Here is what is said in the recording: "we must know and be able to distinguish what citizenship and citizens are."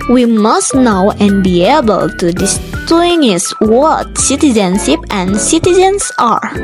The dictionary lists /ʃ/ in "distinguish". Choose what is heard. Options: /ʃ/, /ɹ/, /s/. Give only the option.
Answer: /s/